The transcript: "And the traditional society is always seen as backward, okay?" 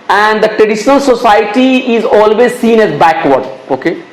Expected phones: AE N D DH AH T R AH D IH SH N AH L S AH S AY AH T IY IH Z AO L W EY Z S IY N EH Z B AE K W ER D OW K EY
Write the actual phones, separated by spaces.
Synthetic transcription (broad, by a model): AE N D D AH T R AH D IH SH N AH L S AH S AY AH T IY IH Z AO L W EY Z S IY N EH Z B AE K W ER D OW K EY